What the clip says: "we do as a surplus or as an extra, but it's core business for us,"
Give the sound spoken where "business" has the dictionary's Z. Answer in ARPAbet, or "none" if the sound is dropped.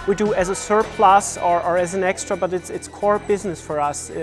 Z